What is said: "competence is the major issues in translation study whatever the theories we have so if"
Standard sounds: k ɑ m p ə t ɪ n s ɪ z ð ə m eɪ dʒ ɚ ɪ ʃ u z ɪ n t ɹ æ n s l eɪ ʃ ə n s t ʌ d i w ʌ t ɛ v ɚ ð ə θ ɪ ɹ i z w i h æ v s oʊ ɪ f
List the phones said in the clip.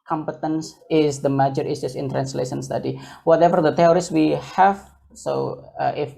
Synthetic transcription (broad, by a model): k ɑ m p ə t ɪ n s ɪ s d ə m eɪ dʒ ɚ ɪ s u s ɪ n t ɹ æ n s l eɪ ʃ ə n s t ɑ d i w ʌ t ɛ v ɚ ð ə t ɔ ɹ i s w i h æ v s oʊ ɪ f